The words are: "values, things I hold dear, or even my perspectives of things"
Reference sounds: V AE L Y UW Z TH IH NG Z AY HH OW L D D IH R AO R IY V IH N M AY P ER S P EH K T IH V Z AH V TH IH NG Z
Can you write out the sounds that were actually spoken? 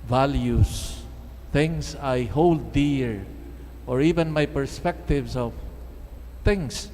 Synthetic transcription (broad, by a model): V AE L Y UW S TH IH NG S AY HH OW L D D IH R AO R IY V IH N M AY P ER S P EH K T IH V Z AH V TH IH NG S